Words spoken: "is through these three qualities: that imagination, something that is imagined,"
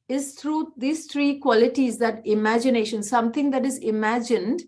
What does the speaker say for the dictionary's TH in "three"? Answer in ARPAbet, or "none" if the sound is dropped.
T